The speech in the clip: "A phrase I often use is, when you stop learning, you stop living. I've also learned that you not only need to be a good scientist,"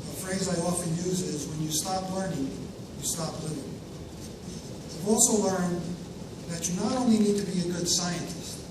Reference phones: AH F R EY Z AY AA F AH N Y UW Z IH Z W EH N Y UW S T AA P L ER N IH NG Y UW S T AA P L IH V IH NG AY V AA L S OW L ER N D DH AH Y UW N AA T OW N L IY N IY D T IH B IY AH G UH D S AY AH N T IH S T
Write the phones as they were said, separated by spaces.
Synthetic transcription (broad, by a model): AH F R EY Z AY AA F AH N Y UW Z IH Z W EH N Y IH S T AA P L ER N IH NG Y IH S T AA P L IH V IH NG AY V AA L S OW L ER N DH AH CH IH N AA T OW N L IY N IY D T IH B IY AH G UH D S AY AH N T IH S T